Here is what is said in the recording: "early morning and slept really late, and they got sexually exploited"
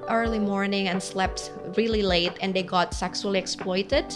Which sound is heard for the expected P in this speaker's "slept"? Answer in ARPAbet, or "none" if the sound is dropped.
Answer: P